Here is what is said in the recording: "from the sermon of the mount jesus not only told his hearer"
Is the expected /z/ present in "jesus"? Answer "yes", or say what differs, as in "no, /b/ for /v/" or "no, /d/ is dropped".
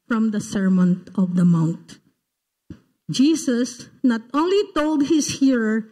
no, /s/ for /z/